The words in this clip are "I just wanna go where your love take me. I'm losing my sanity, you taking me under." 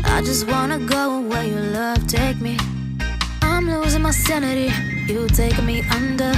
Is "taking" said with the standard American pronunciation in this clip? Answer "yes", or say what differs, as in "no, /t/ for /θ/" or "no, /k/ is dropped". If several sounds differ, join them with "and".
no, /k/ is dropped